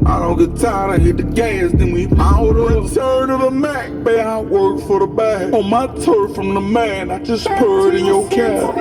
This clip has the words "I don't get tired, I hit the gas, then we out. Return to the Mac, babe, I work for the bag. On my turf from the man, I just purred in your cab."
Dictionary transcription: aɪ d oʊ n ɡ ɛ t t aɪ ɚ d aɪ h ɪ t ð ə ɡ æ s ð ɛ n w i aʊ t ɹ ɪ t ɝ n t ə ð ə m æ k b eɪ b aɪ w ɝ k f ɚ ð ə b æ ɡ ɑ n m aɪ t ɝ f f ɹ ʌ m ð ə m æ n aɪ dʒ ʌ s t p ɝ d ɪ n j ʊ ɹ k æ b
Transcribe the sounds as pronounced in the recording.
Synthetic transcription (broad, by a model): aɪ d oʊ n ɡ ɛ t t aɪ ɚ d aɪ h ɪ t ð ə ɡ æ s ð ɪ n w i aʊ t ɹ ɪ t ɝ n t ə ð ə m æ k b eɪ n aɪ w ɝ k f ɚ ð ə b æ ɑ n m aɪ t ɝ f f ɹ ʌ m ð ə m æ n aɪ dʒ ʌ s p ɝ d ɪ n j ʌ k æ